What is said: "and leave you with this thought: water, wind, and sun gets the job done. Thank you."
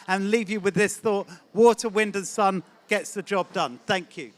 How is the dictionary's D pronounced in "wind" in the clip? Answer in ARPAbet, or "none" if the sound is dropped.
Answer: D